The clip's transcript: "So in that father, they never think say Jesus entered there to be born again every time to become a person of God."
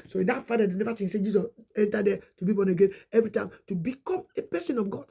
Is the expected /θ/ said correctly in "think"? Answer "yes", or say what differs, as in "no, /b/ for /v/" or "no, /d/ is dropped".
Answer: no, /t/ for /θ/